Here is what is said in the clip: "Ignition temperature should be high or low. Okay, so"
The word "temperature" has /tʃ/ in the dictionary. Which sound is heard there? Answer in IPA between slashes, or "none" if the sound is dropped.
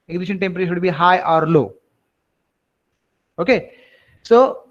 /s/